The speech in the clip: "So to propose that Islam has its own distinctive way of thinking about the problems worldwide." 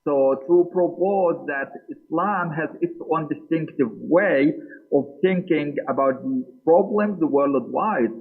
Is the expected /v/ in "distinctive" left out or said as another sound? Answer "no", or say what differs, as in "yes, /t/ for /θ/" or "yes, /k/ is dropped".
no